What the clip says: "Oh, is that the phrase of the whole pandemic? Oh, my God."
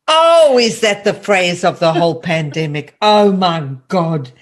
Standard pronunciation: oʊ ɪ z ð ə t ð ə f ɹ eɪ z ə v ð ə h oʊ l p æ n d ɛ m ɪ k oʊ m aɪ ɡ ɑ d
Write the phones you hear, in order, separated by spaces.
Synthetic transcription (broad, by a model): oʊ ɪ z ð ə t ð ə f ɹ eɪ z ə v ð ə h oʊ l p æ n d ɛ m ɪ k oʊ m aɪ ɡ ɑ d